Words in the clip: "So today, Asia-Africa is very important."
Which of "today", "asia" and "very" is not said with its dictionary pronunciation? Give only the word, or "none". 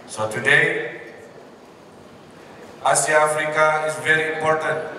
asia